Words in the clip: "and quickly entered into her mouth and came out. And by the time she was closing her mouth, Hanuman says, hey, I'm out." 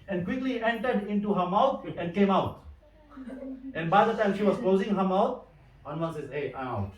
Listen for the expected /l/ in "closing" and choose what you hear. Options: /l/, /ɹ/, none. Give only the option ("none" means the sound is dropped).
/l/